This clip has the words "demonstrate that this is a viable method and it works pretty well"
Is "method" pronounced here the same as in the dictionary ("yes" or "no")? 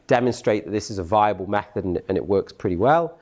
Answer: yes